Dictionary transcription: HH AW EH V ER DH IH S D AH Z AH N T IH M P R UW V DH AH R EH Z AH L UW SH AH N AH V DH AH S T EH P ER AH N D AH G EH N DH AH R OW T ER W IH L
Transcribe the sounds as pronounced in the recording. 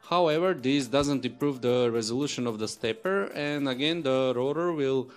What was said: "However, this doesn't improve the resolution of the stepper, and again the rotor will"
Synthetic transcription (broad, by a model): HH AW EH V ER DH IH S D AH Z AH N T IH M P R UW V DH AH R EH Z AH L UW SH AH N AH V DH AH S T EH P ER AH N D AH G EH N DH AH R OW T ER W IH L